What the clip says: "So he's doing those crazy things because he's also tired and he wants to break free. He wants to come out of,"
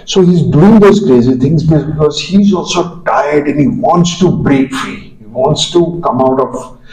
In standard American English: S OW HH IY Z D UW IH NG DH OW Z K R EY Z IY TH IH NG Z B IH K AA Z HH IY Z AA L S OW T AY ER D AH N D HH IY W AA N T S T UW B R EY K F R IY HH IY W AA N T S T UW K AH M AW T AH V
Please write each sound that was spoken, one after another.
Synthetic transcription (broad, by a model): S OW HH IY Z D UW IH NG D OW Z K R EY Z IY T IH NG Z B IH K AA Z HH IY Z AA L S OW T AY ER D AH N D HH IY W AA N T S T UW B R EY K F R IY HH IY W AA N T S T UW K AH M AW T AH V